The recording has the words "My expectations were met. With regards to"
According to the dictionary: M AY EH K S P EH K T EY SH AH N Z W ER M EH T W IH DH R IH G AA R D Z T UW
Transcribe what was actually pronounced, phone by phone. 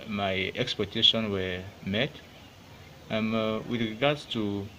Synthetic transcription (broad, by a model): M AY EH K S P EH T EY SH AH N W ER M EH T W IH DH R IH G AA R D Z T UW